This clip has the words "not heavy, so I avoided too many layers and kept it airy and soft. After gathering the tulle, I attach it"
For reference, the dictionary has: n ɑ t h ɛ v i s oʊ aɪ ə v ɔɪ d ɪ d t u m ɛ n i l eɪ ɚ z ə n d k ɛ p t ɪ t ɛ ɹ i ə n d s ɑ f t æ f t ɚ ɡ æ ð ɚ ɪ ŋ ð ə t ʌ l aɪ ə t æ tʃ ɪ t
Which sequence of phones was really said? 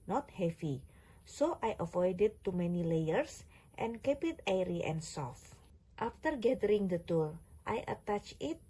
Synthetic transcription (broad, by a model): n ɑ t h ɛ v i s oʊ aɪ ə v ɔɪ d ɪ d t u m ɛ n i l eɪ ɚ s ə n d k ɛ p ɪ t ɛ ɹ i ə n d s ɑ f t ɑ f t ɚ ɡ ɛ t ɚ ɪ ŋ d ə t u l aɪ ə t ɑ tʃ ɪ t